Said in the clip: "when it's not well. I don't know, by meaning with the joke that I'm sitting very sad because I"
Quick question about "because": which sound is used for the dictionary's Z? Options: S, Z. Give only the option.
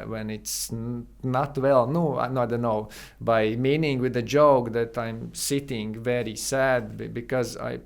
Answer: Z